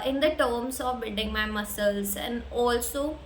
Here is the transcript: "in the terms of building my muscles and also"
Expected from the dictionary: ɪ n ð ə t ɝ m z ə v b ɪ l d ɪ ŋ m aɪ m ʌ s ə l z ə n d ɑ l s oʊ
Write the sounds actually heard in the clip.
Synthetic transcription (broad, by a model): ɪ n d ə t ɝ m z ə v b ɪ d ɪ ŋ m aɪ m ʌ s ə l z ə n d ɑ l s oʊ